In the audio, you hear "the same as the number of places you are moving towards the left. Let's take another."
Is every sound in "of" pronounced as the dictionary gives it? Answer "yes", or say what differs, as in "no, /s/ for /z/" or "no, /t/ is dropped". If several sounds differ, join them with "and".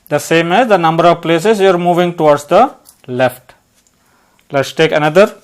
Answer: yes